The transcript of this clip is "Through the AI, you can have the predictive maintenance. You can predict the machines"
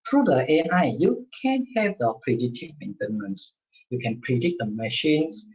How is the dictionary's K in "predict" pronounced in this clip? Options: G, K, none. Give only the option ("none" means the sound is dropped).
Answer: none